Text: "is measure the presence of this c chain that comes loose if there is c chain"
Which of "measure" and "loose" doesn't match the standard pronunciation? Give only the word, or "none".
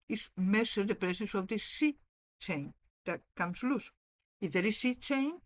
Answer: measure